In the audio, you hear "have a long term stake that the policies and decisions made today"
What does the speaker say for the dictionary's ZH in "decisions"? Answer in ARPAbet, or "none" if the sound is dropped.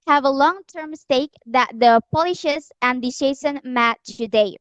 S